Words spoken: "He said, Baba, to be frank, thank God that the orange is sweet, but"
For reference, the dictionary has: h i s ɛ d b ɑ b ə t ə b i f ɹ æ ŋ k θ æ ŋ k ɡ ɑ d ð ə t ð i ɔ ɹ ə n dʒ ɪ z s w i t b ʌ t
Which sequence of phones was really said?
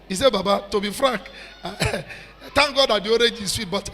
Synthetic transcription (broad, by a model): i s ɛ b ɑ b ə t ə b i f ɹ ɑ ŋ k t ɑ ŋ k ɡ ɑ d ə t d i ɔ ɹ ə dʒ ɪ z s w i t b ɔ t